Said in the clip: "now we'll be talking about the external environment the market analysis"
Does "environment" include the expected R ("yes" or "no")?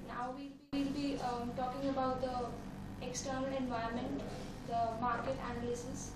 no